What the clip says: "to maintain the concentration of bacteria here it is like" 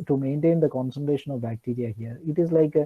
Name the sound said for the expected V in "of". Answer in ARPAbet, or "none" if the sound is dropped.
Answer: V